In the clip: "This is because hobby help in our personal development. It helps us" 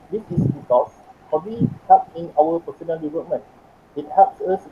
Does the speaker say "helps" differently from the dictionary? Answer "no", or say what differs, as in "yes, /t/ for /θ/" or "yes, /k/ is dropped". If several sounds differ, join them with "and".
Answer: yes, /l/ is dropped